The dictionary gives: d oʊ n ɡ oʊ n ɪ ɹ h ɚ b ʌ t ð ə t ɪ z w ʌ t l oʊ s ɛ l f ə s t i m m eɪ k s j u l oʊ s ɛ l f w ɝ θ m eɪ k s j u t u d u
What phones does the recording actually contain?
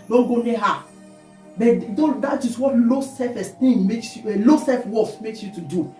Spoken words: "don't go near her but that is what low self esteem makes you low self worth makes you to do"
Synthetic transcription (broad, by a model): d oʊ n ɡ oʊ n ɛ h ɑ b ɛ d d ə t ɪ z w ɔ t l oʊ s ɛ f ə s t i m m eɪ k s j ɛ l oʊ s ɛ f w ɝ s m eɪ k s j u t u d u